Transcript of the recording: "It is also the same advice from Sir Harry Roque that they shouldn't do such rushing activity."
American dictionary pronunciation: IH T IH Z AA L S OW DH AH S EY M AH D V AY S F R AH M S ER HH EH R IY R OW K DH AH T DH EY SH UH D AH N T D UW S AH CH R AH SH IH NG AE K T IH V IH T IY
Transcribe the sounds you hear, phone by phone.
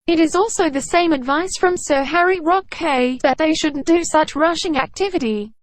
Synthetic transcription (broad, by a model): IH T IH Z AA L S OW DH AH S EY M AH D V AY S F R AH M S ER HH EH R IY R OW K DH AH T DH EY SH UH D N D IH S AH CH R AH SH IH NG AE K T IH V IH T IY